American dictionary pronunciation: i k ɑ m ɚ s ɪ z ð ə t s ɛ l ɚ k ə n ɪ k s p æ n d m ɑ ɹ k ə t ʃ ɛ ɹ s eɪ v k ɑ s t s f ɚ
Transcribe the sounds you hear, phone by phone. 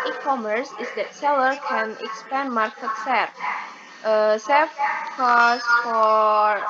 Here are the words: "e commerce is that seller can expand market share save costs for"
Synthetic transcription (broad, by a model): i k ɑ m ɚ s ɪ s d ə t s ɛ l ɚ k ə n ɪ k s p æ n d m ɑ ɹ k ə t s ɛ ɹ s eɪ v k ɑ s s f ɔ